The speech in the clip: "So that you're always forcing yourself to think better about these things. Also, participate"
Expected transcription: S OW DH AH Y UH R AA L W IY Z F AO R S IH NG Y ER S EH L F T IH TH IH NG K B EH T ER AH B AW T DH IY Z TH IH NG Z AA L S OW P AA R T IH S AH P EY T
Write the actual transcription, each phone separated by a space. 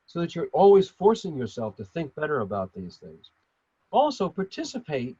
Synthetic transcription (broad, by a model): S OW DH AH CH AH R AA L W IY Z F AO R S IH NG Y ER S EH L F T IH TH IH NG K B EH T ER AH B AW T DH IY Z TH IH NG Z AA L S OW P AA R T IH S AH P EY T